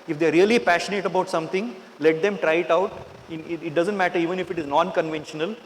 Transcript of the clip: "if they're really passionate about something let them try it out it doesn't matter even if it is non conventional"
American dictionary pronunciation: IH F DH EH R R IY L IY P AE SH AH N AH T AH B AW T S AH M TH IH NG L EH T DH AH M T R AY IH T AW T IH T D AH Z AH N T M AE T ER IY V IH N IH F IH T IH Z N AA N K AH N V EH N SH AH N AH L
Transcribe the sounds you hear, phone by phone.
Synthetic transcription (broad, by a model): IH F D EH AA R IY L IY P AE SH AH N AH T AH B AW T S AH M T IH NG L EH T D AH M T R AY IH T AW T IH T D AH Z AH N T M AE T ER IY V IH N IH F IH T IH Z N AA N K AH N V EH N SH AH N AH L